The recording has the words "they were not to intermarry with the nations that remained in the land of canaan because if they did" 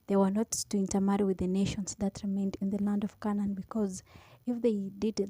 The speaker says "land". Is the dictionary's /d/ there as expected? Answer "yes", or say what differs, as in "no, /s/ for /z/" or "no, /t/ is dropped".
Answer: yes